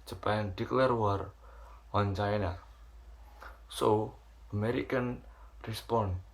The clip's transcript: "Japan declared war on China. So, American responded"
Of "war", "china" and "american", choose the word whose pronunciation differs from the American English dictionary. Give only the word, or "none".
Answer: none